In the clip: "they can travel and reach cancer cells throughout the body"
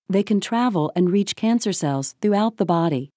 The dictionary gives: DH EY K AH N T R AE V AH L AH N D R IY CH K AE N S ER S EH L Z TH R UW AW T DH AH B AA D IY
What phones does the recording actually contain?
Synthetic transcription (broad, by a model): DH EY K AH N T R AE V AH L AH N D R IY CH K AE N S ER S EH L Z TH R UW AW T DH AH B AA D IY